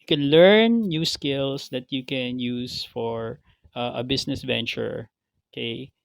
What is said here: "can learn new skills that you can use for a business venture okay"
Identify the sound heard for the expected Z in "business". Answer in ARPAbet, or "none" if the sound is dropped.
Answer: S